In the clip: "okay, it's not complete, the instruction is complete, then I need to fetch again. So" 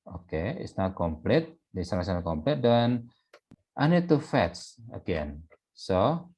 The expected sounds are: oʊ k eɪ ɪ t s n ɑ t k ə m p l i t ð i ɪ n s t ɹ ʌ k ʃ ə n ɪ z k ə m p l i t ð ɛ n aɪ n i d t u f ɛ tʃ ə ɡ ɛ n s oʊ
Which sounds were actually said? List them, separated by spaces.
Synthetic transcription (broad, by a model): oʊ k eɪ ɪ t s n ɑ t k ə m p l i t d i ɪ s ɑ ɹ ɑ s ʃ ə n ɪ k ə m p l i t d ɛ n aɪ n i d t u f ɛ s ə ɡ ɛ n s oʊ